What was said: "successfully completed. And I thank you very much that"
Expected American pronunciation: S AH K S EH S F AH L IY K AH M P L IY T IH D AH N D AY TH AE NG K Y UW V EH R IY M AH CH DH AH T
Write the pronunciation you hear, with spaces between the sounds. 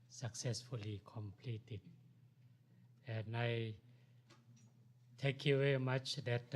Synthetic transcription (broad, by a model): S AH K S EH S F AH L IY K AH M P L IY T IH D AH N AY T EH K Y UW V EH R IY M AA CH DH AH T